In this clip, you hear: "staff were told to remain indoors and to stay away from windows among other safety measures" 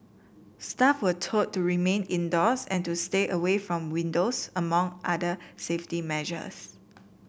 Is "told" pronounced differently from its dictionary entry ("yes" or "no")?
yes